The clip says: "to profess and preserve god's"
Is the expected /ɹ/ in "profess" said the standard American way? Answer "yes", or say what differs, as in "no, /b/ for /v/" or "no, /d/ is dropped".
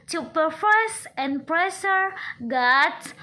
no, /ɹ/ is dropped